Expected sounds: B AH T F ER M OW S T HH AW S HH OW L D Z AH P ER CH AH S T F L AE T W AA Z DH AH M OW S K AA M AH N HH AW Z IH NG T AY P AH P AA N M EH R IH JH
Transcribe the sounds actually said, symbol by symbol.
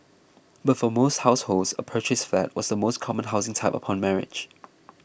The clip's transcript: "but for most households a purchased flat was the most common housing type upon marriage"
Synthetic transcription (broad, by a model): B AH T F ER M OW S T HH AW S HH OW L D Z AH P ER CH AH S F AE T W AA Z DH AH M OW S K AA M AH N HH AW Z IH NG T AY P AH P AA N M EH R IH JH